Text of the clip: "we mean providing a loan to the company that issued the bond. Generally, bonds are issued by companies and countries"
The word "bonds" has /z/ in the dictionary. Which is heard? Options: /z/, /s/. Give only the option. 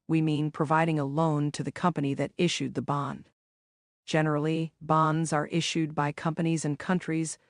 /z/